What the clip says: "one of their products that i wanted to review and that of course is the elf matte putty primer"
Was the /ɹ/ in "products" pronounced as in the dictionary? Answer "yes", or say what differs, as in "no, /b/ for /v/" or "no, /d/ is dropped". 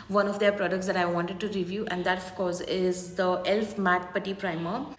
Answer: yes